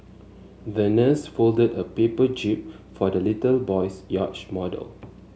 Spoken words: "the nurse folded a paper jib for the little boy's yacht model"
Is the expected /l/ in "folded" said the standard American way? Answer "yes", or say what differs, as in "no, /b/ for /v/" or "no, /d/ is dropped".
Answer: yes